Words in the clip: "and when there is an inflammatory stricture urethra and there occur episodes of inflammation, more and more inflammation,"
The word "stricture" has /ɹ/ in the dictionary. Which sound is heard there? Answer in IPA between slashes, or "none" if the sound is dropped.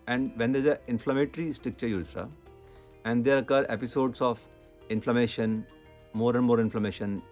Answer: none